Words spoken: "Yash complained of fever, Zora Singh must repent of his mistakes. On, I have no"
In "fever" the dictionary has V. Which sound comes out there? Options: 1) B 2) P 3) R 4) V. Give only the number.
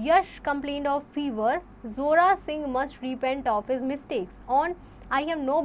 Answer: 4